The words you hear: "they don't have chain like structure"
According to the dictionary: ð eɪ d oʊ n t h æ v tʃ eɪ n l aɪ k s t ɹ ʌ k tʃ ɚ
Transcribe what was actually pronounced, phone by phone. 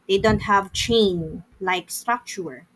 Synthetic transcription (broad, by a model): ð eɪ d oʊ n t h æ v tʃ eɪ n l aɪ k s t ɹ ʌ k tʃ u